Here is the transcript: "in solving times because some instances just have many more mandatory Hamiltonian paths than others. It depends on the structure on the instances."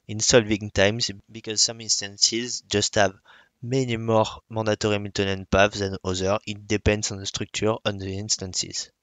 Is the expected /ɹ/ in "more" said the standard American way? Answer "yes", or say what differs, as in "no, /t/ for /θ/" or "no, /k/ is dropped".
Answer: yes